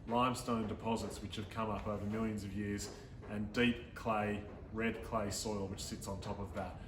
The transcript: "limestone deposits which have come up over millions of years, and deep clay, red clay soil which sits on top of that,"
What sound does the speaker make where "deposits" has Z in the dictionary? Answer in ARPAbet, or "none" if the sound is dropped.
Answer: Z